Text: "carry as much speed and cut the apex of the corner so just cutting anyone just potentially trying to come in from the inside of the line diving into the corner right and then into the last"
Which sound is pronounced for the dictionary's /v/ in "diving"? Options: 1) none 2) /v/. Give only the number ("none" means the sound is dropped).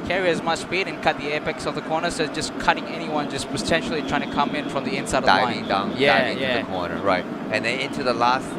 1